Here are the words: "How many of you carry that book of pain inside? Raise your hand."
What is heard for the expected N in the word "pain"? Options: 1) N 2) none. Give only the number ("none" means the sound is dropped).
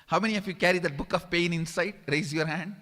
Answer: 1